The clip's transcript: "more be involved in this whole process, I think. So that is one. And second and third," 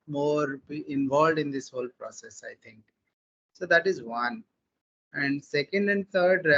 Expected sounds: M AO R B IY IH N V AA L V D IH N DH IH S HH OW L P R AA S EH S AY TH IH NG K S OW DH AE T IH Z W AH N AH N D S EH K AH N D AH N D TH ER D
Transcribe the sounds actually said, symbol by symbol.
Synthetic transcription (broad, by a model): M AO R B IY IH N V AA L V D IH N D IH S HH OW L P R AA S EH S AY T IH NG K S OW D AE T IH Z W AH N AH N D S EH K AH N D AH N D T ER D